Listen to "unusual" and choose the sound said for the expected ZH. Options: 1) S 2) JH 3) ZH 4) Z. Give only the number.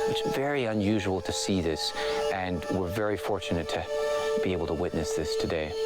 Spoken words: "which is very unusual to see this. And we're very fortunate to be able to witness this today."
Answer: 3